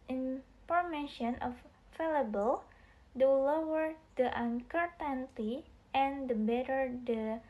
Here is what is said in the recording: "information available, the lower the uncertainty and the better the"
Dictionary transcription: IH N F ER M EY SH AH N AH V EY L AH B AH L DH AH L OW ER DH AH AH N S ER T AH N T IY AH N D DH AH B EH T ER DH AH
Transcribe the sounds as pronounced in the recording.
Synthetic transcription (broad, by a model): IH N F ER M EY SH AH N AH F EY L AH B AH L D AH L OW ER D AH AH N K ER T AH N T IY AH N D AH B EH T ER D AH